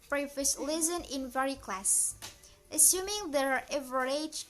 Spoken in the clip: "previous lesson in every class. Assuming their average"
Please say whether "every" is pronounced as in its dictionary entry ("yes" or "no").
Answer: no